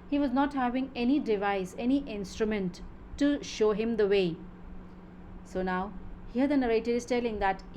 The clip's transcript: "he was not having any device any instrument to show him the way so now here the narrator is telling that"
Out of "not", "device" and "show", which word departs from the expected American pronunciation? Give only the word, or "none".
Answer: none